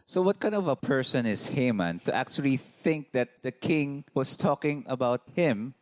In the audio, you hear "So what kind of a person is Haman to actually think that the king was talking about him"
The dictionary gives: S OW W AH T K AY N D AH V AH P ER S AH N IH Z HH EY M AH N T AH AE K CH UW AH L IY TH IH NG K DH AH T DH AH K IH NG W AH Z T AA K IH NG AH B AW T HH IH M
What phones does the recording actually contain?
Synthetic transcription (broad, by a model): S OW W AH T K AY N D AH V AH P ER S AH N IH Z HH EY M AH N T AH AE K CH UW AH L IY TH IH NG K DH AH T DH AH K IH NG W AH S T AA K IH NG AH B AW T HH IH M